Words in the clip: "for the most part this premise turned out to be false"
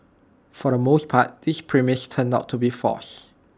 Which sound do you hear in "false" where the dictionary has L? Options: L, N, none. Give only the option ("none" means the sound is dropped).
none